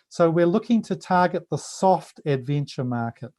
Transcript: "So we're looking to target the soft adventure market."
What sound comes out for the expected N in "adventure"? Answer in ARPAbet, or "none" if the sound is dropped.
N